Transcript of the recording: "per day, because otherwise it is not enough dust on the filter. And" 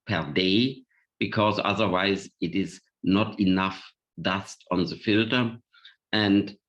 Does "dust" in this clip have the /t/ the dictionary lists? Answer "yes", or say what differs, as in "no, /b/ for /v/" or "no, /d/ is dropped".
yes